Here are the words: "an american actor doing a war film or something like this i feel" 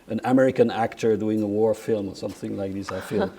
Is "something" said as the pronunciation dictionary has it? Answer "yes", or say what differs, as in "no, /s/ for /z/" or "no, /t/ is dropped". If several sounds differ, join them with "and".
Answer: yes